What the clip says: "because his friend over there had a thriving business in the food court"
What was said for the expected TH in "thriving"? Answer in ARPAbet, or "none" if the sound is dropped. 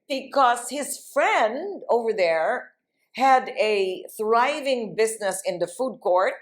TH